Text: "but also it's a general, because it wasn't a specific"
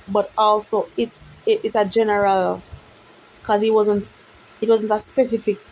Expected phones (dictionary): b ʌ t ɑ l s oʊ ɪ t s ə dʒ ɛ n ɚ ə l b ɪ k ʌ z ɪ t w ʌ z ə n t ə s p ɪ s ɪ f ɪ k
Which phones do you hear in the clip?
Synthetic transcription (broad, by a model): b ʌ t ɑ l s oʊ ɪ t s ə dʒ ɛ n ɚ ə l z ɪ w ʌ z ɪ t w ʌ z ə n t ə s p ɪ s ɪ f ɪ k